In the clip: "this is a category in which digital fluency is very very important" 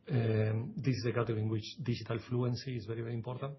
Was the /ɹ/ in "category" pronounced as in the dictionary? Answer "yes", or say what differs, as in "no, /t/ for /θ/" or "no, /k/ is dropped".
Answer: no, /ɹ/ is dropped